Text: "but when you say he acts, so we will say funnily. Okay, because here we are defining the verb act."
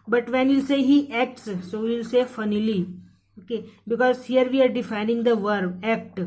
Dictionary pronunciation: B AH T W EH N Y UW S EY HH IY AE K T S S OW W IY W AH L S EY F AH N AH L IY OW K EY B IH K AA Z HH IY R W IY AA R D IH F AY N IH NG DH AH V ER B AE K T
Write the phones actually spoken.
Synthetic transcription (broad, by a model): B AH T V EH N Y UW S EY HH IY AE K T S S OW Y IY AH L S EY F AH N AH L IY OW K EY B IH K AA Z HH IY R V IY AA R D IH F AY N IH NG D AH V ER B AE K T